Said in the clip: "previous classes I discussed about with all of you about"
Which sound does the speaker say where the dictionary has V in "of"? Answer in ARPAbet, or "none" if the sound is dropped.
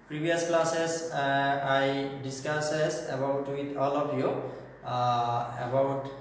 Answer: P